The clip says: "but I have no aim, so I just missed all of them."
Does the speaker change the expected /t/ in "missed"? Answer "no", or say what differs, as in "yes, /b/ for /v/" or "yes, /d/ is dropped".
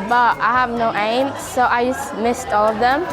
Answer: no